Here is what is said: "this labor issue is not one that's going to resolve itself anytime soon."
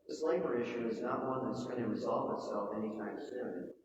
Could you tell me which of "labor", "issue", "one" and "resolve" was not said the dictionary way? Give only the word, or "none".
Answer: none